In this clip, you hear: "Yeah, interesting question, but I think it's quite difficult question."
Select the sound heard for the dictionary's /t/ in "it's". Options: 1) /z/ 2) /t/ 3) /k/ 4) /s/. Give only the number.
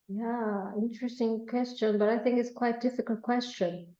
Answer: 2